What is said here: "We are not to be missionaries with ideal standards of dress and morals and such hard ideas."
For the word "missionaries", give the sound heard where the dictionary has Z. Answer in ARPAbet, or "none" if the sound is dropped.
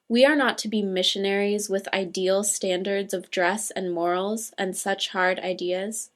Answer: Z